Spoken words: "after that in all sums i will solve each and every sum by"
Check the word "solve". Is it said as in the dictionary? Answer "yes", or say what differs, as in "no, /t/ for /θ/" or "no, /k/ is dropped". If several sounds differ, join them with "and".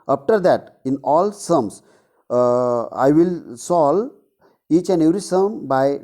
no, /v/ is dropped